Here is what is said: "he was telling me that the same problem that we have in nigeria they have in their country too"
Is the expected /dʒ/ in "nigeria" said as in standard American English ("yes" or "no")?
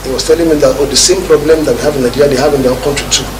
no